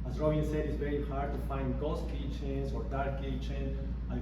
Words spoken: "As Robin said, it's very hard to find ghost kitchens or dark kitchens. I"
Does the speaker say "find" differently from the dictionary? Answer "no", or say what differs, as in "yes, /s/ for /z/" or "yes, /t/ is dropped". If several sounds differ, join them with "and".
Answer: no